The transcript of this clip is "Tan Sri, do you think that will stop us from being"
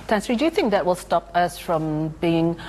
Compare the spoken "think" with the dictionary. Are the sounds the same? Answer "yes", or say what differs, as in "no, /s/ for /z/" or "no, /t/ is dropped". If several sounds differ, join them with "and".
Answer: yes